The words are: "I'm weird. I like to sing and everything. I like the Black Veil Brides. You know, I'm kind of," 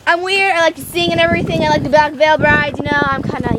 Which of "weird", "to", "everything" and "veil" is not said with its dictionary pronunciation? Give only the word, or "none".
to